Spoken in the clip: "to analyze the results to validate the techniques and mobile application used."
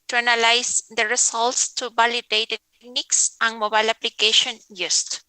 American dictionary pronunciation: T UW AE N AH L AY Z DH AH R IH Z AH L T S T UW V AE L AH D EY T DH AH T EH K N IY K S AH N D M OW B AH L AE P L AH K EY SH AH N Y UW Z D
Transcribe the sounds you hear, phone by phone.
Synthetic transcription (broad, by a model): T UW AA N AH L AY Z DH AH R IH S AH L T S T UW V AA L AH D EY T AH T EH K N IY K S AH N M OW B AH L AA P L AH K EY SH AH N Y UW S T